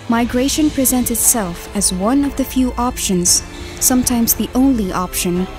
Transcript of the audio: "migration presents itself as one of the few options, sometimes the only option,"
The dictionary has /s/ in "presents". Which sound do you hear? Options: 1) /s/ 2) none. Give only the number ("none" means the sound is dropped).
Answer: 2